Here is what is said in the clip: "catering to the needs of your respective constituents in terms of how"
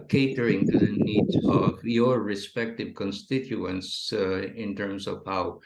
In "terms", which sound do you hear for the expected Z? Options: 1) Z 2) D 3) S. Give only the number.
3